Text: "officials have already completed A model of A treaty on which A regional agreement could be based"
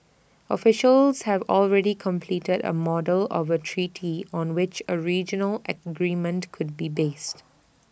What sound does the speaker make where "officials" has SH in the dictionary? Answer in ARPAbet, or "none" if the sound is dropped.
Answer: SH